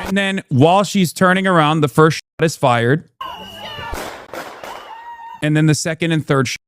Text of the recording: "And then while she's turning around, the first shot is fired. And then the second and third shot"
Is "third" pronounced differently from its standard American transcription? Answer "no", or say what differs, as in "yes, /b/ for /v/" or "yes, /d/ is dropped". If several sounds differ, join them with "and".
no